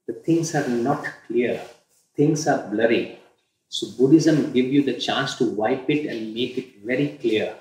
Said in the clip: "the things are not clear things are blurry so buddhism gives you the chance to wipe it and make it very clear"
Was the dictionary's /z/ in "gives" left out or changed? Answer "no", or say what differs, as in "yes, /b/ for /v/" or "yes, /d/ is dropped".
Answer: yes, /z/ is dropped